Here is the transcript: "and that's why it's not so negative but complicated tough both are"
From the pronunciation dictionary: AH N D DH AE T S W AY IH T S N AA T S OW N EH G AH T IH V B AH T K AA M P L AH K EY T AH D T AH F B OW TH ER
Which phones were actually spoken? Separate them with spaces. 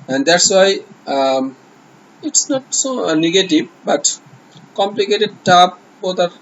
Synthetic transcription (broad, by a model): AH N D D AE T S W AY IH T S N AA T S OW N EH G AH T IH V B AH T K AA M P L AH K EY T AH D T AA P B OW T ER